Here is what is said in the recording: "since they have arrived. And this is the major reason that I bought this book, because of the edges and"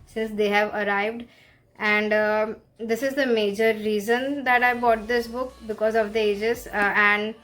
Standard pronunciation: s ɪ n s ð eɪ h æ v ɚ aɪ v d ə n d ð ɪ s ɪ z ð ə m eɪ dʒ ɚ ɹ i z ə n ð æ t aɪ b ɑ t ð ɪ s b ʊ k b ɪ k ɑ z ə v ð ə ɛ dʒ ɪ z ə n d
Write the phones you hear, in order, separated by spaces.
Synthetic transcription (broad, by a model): s ɪ n s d eɪ h æ v ɚ aɪ v d ə n d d ɪ s ɪ z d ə m eɪ dʒ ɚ ɹ i z ə n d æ t aɪ b ɑ t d ɪ s b ʊ k b ɪ k ɑ z ə v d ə ɛ dʒ ɪ z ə n d